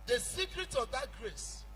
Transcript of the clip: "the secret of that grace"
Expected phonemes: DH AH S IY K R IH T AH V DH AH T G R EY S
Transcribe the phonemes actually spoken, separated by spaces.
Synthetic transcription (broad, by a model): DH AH S IY K R IH T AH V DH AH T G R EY S